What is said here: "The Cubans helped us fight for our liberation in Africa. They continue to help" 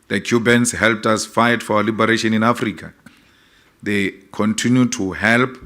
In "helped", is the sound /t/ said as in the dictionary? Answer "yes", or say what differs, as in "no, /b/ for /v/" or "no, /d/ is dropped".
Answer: yes